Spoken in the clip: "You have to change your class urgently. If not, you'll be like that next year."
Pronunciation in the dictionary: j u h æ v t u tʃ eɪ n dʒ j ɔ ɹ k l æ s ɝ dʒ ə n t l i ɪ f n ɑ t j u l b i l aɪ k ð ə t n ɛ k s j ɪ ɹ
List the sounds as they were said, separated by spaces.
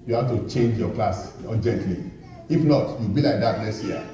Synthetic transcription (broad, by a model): j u h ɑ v t u tʃ eɪ n dʒ j ɔ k l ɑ s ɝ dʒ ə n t l i ɪ f n ɑ t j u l b i l aɪ k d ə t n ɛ s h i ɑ